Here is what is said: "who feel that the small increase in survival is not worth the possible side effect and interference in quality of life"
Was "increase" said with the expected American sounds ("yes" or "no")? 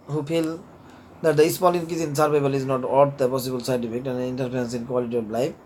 no